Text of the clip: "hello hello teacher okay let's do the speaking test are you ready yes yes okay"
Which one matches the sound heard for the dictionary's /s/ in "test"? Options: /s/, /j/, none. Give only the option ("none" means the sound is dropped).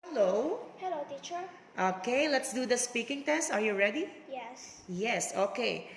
/s/